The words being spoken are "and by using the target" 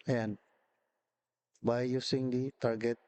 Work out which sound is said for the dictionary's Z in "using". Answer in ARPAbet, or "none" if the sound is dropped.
S